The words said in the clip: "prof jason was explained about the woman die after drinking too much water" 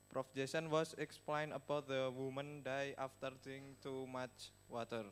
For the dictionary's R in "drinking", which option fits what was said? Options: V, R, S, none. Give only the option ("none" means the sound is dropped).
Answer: none